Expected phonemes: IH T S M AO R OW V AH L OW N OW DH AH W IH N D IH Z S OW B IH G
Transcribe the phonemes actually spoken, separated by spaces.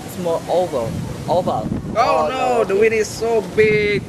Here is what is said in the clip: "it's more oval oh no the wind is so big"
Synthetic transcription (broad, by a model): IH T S M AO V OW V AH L OW N OW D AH W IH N IH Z S OW B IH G